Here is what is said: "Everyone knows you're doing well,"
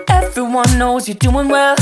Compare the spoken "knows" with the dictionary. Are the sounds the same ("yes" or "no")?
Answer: yes